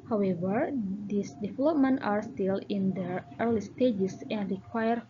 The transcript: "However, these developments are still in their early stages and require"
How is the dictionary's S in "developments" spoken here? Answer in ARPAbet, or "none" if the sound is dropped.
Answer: none